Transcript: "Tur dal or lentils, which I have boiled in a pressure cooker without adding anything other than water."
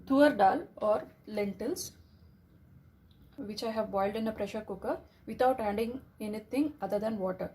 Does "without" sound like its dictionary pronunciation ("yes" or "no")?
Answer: no